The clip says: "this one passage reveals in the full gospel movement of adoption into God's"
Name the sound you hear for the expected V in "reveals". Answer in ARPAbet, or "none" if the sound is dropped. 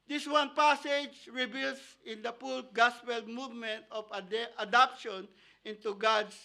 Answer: B